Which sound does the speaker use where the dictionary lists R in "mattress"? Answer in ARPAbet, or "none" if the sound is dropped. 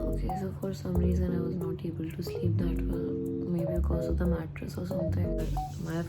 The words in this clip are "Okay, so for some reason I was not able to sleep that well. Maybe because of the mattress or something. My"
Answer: R